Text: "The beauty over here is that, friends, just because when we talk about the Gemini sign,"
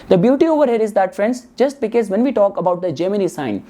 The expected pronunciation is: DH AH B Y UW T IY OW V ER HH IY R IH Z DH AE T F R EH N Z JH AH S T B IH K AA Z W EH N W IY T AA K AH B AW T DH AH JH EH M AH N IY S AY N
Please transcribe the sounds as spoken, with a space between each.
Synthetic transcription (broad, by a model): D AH B Y UW T IY OW V ER HH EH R IH Z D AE T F R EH N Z JH AH S T B IH K AA Z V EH N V IY T AA K AH B AW T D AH JH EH M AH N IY S AY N